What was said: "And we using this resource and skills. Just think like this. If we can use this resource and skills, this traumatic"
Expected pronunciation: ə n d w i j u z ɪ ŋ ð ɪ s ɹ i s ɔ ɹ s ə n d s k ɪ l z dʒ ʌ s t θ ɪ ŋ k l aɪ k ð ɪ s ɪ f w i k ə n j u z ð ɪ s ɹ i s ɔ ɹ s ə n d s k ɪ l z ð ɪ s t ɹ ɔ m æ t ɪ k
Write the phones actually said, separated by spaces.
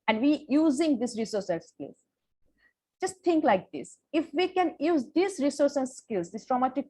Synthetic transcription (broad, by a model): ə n d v i j u z ɪ ŋ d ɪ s ɹ i s ɔ ɹ s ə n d s k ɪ l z dʒ ʌ s t t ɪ ŋ k l aɪ k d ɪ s ɪ f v i k ə n j u z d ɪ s ɹ i s ɔ ɹ s ə n d s k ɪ l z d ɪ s t ɹ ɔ m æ t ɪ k